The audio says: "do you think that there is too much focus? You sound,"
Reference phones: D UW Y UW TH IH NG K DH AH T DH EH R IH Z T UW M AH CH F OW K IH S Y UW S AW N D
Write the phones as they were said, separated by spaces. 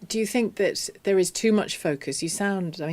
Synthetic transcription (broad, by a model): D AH Y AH TH IH NG K DH AH T DH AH R IH Z T UW M AH CH F OW K IH S Y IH S AW N D